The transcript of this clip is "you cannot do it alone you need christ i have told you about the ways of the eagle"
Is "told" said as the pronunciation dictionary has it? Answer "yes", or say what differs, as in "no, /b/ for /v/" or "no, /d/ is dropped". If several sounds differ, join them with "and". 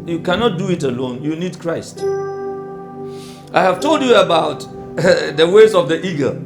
yes